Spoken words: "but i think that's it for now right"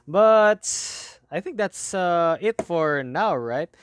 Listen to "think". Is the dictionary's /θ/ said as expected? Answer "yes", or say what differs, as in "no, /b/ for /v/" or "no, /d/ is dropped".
yes